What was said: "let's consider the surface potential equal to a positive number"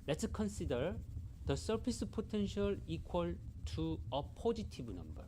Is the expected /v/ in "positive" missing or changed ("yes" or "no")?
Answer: yes